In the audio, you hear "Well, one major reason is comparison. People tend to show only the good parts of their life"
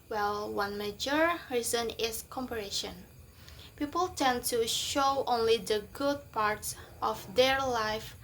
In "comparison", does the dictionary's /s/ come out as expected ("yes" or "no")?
no